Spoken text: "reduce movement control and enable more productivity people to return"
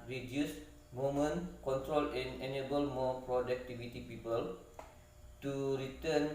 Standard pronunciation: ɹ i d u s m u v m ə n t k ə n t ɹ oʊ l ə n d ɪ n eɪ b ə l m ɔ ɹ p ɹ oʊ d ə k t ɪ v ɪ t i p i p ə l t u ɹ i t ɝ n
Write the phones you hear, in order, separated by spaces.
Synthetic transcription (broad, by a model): ɹ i d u s m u m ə n k ə n t ɹ oʊ l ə n ɪ n eɪ b ə l m ɔ p ɹ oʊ d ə k t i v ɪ t i p i p ə l t u ɹ i t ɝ n